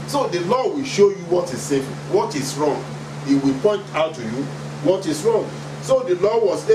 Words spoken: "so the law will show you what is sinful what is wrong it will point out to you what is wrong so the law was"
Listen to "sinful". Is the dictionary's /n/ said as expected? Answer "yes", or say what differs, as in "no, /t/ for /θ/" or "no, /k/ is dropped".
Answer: no, /n/ is dropped